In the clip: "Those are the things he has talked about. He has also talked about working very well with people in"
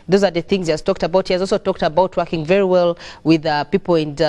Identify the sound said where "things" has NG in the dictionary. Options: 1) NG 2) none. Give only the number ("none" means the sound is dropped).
1